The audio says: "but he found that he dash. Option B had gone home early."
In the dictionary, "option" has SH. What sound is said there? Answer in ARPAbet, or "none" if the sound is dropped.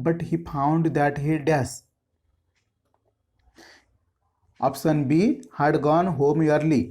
S